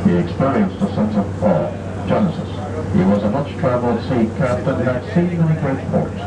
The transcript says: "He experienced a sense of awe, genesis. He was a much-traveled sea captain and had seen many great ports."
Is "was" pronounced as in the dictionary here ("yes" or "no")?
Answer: yes